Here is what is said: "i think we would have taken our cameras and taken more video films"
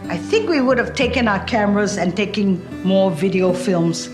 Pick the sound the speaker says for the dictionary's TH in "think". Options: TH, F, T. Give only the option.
TH